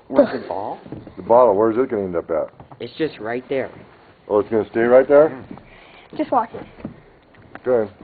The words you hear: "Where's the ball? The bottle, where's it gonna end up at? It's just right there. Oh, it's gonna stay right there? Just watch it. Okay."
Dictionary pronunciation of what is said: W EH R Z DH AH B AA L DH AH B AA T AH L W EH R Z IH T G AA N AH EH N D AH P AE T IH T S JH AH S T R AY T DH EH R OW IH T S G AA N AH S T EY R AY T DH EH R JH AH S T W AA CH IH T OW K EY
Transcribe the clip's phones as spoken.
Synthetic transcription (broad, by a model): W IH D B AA L DH AH B AA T L W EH R Z IH T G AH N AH EH N D AH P AE T IH T S JH AH S T R AY T DH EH R OW IH T S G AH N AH S T EY R AY T DH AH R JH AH S T W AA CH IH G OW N